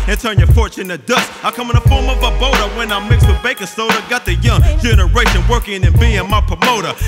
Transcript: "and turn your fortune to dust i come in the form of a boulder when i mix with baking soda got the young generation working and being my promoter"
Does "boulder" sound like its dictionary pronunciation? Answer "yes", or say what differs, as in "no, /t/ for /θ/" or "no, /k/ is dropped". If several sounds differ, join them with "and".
no, /l/ is dropped